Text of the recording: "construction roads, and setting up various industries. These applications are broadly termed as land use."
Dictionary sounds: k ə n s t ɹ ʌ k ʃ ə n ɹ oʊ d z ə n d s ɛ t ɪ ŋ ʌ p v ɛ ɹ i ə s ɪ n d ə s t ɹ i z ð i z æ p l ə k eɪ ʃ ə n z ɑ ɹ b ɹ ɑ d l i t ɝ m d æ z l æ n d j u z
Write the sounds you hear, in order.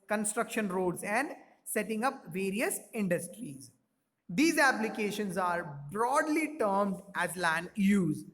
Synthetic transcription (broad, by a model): k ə n s t ɹ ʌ k ʃ ə n ɹ oʊ d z ə n d s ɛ t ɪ ŋ ʌ p v ɛ ɹ i ə s ɪ n d ə s t ɹ i z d i z æ p l ə k eɪ ʃ ə n z ɑ ɹ b ɹ ɑ d l i t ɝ m d æ z l æ n d j u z